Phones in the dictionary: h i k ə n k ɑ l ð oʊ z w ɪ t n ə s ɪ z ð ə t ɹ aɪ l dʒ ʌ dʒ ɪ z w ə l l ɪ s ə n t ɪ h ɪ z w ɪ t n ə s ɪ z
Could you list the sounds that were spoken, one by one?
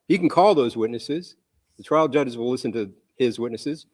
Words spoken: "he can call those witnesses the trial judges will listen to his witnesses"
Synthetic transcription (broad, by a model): h i k n k ɑ l ð oʊ z w ɪ t n ə s ɪ z ð ə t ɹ aɪ l dʒ ʌ dʒ ɪ z w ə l l ɪ s ə n t ɪ ɪ z w ɪ t n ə s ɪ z